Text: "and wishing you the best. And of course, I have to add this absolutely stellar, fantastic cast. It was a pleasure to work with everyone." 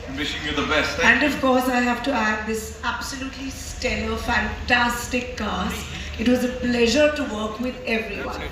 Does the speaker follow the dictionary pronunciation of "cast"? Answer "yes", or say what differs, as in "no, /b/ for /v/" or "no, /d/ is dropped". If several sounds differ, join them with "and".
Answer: no, /t/ is dropped